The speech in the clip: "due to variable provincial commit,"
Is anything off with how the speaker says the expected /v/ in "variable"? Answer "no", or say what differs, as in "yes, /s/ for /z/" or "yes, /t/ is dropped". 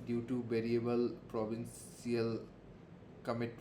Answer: yes, /b/ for /v/